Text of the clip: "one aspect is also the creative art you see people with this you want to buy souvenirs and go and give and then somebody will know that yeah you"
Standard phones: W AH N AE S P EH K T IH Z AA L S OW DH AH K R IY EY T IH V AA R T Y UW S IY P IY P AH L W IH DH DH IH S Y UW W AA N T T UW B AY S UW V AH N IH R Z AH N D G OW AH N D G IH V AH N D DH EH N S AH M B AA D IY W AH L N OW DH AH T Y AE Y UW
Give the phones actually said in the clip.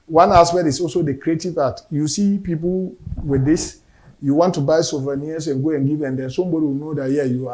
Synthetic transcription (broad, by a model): W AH N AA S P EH T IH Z AA L S OW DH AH K R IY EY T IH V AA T Y UW S IY P IY P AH L W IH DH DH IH S Y UW W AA N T T UW B AY S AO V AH N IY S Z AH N G OW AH N G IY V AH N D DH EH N S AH M B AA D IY W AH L N OW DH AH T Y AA Y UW